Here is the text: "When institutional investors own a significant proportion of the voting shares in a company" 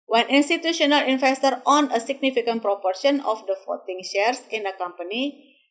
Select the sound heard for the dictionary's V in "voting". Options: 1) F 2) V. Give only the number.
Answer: 1